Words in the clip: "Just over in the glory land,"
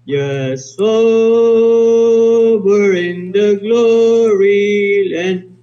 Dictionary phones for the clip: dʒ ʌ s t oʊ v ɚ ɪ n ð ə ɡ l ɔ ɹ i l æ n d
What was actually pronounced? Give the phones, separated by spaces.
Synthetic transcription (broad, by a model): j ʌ s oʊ b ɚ ɪ n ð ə ɡ l ɔ ɹ i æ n